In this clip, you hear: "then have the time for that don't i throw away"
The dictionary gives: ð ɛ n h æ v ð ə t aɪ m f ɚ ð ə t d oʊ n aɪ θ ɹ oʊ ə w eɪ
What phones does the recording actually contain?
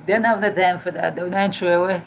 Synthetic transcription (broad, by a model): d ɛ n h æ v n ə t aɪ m f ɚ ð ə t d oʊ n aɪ t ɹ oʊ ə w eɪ